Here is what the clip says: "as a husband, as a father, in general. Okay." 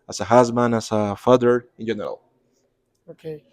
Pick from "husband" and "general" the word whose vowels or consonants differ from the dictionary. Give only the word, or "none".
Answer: husband